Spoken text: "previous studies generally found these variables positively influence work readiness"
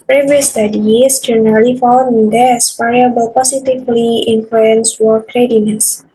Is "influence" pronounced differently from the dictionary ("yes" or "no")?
no